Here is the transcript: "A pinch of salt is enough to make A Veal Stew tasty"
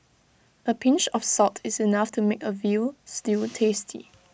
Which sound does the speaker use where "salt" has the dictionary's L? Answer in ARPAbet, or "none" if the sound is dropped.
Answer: none